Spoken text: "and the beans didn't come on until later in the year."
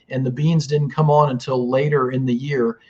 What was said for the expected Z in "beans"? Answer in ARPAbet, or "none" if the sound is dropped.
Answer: Z